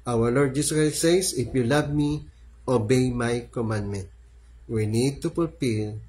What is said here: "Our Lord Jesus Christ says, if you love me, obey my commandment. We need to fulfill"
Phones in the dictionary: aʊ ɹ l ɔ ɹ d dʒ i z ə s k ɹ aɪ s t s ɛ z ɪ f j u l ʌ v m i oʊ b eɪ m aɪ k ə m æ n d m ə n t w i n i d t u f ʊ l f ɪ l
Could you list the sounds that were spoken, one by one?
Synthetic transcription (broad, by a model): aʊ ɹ l ɔ ɹ d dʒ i s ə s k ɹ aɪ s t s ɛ s ɪ f j u l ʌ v m i oʊ b eɪ m aɪ k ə m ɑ n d m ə n t w i n i d t u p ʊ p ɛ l